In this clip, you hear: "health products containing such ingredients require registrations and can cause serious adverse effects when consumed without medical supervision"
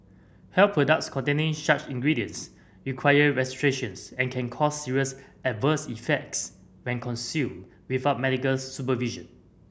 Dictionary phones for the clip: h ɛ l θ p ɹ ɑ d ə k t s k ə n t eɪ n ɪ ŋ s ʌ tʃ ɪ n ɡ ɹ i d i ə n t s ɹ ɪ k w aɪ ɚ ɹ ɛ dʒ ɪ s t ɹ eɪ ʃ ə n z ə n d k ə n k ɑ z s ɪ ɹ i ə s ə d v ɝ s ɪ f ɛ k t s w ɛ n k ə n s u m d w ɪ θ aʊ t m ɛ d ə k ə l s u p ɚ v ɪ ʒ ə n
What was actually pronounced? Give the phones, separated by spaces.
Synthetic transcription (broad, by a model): h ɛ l p ɹ ɑ d ə k t s k ə n t eɪ n ɪ ŋ ʃ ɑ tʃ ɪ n ɡ ɹ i d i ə n s ɹ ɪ k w aɪ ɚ ɹ ɛ s t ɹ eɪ ʃ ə n s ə n k ə n k ɑ s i ɹ i ə s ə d v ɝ s ɪ f ɛ k t s w ɛ n k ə n s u m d w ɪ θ aʊ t m ɛ d ə k ə l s u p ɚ v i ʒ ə n